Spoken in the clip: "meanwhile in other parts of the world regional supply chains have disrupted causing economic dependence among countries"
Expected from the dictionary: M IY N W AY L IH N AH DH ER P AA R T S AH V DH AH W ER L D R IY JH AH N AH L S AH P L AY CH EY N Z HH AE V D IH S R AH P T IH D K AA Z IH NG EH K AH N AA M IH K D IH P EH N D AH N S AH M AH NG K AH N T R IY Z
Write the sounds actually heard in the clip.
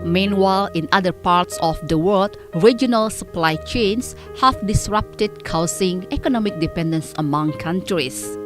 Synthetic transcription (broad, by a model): M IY N W AY L IH N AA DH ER P AA R T S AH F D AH W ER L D R IY JH AH N AH L S AH P L AY CH EY N S HH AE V D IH S R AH P T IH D K AA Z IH NG EH K AH N AA M IH K D IH P EH N D AH N S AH M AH NG K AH N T R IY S